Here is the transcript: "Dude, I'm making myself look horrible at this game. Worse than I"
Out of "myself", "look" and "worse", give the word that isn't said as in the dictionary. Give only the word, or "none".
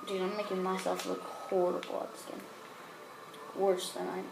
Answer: none